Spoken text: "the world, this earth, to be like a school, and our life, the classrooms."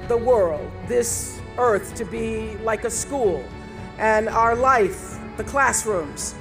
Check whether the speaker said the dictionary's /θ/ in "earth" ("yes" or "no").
yes